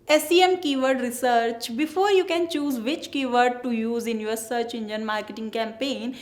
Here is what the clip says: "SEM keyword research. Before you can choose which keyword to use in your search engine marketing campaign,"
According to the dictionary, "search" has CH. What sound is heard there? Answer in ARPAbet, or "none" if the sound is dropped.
CH